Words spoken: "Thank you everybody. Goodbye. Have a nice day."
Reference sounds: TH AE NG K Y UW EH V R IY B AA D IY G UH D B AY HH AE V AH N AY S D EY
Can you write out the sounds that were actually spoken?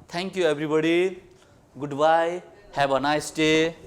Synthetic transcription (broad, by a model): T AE NG K Y UW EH B R IY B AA D IY G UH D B AY HH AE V AH N AY S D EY